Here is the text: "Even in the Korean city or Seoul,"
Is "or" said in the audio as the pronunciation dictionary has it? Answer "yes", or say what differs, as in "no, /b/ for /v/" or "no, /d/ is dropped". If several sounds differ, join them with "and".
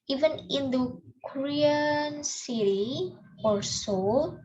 no, /l/ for /ɹ/